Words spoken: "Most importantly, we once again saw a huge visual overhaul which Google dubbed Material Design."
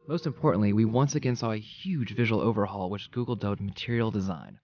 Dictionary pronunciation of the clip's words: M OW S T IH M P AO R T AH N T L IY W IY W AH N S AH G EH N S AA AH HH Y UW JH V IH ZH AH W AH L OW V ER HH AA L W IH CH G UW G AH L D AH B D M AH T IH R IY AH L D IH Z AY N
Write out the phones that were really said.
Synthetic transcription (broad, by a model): M OW S T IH M P AO R T N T L IY W IY W AH N S AH G EH N S AA AH HH Y UW JH V IH ZH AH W L OW V ER HH AA L W IH CH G UW G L D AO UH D M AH T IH R IY L D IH Z AY N